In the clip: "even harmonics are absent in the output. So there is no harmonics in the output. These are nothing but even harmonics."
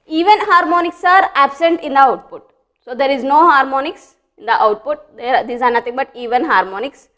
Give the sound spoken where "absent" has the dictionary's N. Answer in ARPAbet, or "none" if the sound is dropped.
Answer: N